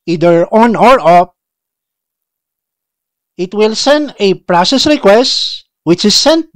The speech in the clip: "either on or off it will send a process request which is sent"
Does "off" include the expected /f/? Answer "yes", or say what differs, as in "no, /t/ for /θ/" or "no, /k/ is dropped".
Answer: no, /p/ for /f/